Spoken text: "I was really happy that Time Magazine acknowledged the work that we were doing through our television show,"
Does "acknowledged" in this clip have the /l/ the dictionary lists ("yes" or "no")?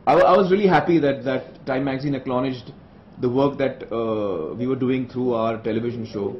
no